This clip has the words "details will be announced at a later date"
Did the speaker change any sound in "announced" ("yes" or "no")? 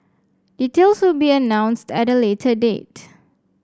no